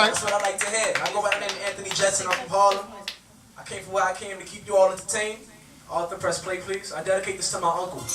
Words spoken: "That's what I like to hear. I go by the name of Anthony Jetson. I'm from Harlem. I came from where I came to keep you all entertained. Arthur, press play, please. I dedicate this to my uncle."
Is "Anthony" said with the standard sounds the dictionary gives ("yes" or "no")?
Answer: yes